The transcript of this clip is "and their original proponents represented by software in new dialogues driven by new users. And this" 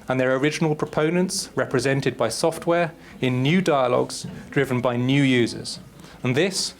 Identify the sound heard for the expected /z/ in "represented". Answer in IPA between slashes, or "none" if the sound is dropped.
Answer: /z/